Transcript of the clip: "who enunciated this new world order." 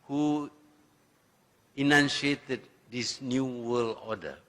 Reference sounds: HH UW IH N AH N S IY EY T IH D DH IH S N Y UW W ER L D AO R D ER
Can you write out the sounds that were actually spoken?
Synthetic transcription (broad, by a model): HH UW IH N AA N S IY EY T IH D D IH S N Y UW W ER L AO D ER